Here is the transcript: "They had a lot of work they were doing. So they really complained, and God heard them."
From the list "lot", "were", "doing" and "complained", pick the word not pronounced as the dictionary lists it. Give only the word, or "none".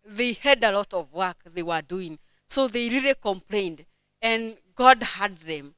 none